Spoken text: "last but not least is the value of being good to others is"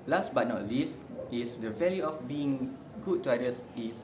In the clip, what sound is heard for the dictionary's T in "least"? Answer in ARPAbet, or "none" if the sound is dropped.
T